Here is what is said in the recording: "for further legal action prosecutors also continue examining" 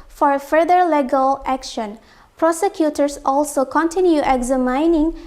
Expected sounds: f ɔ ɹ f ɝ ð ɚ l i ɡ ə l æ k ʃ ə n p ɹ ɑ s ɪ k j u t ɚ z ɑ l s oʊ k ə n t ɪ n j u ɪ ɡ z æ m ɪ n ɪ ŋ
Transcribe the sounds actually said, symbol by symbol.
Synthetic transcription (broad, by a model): f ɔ ɹ f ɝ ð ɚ l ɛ ɡ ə l æ k ʃ ə n p ɹ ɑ s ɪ k j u t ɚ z ɑ l s oʊ k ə n t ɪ n j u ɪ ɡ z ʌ m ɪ n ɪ ŋ